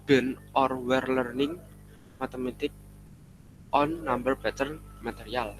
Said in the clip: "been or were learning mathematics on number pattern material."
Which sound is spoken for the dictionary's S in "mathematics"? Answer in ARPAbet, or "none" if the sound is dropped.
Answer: none